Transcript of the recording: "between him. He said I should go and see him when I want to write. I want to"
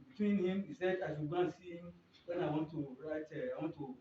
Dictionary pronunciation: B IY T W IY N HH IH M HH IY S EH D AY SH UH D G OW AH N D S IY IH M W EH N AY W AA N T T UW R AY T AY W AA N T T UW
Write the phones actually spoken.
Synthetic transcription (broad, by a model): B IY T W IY N HH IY M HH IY S EH D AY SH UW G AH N S IY W EH N AY W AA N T T UW R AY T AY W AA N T T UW